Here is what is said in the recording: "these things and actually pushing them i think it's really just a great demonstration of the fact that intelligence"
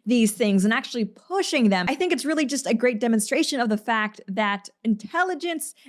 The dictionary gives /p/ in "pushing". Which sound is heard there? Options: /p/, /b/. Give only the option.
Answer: /p/